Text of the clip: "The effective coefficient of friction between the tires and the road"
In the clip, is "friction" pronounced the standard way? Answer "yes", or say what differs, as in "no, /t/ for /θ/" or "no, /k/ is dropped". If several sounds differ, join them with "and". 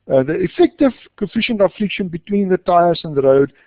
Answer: no, /l/ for /ɹ/